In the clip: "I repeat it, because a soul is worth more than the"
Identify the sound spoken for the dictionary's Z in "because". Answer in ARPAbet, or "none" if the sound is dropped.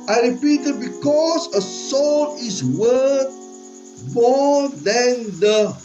S